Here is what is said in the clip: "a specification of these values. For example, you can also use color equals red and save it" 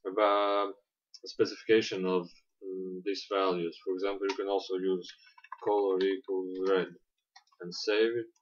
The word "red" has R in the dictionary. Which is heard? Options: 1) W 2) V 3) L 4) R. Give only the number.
4